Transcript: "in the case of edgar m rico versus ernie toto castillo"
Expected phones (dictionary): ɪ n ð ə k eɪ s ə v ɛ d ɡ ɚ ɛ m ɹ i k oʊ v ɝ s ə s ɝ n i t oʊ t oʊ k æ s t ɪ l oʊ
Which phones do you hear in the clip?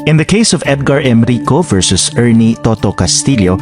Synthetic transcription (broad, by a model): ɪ n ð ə k eɪ s ə v ɛ d ɡ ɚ ɛ m ɹ i k oʊ v ɝ s ə s ɝ n i t oʊ t oʊ k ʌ s t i l oʊ